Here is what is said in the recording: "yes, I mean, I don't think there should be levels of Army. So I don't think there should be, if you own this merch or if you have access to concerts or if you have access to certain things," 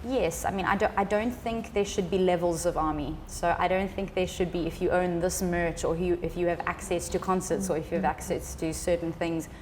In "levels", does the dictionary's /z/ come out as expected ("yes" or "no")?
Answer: yes